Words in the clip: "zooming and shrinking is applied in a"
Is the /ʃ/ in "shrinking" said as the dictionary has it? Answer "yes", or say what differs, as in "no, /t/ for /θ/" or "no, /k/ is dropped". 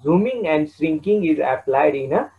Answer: no, /s/ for /ʃ/